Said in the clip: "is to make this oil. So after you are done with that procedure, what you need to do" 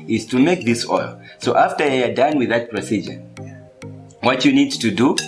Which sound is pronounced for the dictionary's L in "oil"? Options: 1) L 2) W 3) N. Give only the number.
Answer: 1